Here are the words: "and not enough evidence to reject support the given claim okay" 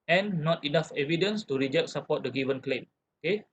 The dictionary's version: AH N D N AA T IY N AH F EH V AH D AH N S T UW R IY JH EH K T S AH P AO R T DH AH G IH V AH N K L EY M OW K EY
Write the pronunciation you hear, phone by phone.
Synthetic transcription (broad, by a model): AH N N AA T IY N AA F EH V AH D AH N S T UW R IY JH EH K T S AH P AO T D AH G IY V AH N K L EY M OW K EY